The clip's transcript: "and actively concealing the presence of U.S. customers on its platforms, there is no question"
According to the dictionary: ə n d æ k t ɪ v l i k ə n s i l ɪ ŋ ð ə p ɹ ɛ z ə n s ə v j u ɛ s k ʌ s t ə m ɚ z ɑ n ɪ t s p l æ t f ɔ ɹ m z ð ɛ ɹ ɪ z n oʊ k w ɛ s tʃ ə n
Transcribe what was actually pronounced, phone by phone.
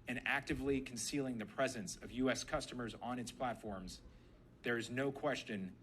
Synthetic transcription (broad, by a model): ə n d æ k t ɪ v l i k n s i l ɪ ŋ ð ə p ɹ ɛ z ə n s ə v j u ɛ s k ʌ s t ə m ɚ z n ɪ t s p l æ t f ɔ ɹ m z ð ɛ ɹ ɪ z n oʊ k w ɛ s tʃ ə n